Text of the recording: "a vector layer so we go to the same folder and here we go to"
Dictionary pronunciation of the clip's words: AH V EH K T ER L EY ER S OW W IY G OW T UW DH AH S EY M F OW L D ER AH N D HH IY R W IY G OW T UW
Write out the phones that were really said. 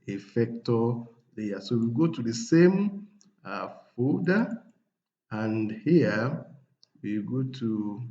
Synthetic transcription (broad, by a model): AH F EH K T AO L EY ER S OW W IY G OW T UW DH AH S EY M F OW D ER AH N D HH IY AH W IY G OW T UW